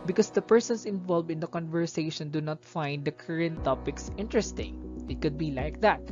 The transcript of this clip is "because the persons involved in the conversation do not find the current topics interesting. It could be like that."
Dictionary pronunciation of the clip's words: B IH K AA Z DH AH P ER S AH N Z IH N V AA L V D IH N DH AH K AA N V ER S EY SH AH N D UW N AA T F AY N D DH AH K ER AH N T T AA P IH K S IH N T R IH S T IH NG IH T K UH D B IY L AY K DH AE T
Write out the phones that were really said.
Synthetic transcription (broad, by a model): B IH K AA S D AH P ER S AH N S IH N V AA L V D IH N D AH K AA N V ER S EY SH AH N D UW N AA T F AY N D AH K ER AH N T T AA P IH K S IH N T R IH S T IH NG IH T K UH D B IY L AY K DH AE T